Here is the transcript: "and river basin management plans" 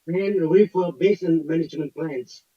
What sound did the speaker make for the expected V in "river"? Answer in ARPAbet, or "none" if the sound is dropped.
F